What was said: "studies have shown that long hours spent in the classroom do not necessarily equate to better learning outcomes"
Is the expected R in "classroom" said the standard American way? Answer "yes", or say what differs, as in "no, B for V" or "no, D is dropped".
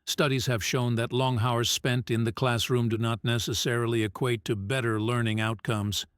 yes